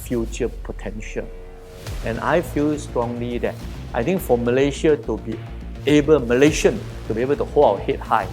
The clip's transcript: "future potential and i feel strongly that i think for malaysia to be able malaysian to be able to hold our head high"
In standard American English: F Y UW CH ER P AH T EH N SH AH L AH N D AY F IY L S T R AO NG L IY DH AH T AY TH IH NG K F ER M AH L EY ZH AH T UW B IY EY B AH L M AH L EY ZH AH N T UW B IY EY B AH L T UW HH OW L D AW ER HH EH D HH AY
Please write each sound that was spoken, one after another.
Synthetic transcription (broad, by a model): F Y UW CH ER P AH T EH N SH AH L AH N AY F IY L S T R AO NG L IY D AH T AY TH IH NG K F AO M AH L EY SH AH T UW B IY EY B AH L M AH L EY SH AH N T UW B IY EY B AH L T UW HH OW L AW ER HH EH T HH AY